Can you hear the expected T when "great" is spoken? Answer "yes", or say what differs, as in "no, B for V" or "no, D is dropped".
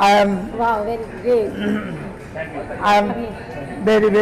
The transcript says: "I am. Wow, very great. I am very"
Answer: no, T is dropped